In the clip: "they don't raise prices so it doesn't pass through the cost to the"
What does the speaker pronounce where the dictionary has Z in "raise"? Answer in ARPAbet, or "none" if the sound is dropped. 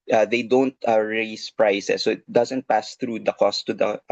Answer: S